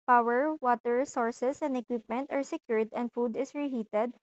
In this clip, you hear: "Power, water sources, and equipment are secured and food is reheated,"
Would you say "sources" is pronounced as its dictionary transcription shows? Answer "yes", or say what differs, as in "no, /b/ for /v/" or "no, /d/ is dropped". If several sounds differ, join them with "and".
no, /s/ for /z/